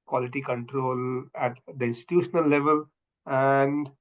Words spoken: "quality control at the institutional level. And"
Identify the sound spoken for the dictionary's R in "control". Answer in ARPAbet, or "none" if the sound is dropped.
R